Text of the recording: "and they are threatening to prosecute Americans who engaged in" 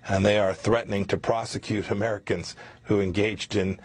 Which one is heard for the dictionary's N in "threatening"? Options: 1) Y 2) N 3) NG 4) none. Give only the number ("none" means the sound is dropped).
2